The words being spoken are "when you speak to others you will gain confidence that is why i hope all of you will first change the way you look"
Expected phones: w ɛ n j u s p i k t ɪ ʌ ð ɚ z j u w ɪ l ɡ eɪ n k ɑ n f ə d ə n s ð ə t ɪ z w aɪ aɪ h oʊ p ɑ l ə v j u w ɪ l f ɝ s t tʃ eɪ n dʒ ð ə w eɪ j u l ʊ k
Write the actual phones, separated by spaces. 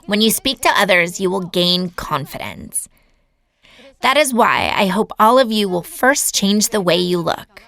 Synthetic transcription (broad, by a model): w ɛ n j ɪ s p i k t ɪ ʌ ð ɚ z j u w ɪ l ɡ eɪ n k ɑ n f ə d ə n s ð ə t ɪ z w aɪ aɪ h oʊ p ɑ l ə v j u w ɪ l f ɝ s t tʃ eɪ n dʒ ð ə w eɪ j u l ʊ k